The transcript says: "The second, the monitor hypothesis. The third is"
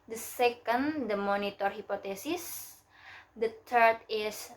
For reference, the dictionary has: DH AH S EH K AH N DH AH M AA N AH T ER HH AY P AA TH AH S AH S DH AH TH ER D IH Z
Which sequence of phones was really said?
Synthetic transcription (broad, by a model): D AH S EH K AH N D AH M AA N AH T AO HH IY P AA T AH S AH S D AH T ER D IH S